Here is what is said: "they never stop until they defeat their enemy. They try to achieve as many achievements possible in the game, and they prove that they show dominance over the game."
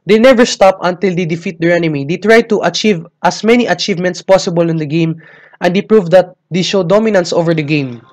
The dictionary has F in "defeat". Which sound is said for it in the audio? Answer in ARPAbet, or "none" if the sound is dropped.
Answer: F